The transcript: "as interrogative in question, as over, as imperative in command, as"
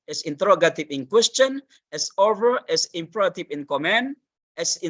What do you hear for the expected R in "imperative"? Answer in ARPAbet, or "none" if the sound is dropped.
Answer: none